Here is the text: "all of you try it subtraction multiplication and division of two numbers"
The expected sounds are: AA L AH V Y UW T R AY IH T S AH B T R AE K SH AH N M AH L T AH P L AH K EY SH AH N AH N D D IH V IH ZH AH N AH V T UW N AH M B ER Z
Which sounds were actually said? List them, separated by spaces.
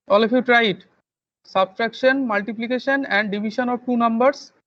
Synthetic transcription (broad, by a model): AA L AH F Y UW T R AY IH T S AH B T R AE K SH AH N M AH L T AH P L AH K EY SH AH N AH N D D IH B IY SH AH N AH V T UW N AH M B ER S